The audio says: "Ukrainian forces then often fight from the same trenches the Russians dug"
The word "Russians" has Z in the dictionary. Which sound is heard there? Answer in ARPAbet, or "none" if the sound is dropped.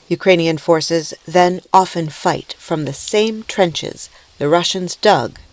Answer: Z